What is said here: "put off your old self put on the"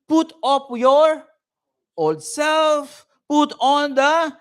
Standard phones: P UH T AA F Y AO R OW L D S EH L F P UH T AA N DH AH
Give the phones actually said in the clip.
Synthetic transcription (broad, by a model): P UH T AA P Y AO R OW L D S EH L F P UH T AA N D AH